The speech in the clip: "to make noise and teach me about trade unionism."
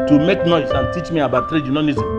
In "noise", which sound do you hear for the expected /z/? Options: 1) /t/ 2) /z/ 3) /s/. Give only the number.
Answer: 3